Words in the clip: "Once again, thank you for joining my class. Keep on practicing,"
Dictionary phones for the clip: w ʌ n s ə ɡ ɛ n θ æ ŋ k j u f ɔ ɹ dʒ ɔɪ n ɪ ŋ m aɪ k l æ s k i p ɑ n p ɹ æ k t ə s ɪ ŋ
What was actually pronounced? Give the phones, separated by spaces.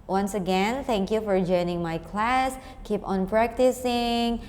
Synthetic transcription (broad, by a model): w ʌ n s ə ɡ ɛ n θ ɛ ŋ k j u f ɔ ɹ dʒ ɔɪ n ɪ ŋ m aɪ k l æ s k i p ɑ n p ɹ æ k t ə s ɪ ŋ